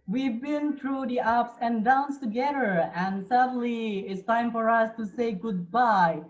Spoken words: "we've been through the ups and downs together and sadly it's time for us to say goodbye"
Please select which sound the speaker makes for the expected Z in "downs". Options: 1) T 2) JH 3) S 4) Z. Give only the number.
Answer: 3